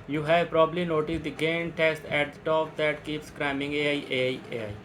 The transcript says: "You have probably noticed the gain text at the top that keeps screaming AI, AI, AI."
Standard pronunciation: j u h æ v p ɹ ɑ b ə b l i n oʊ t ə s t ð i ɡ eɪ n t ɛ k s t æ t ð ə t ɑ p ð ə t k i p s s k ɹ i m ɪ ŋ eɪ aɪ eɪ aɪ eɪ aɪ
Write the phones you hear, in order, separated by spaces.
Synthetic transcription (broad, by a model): j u h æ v p ɹ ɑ b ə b l i n oʊ t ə s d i ɡ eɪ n t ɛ s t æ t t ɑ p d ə t k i p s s k ɹ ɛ m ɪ ŋ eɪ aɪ eɪ aɪ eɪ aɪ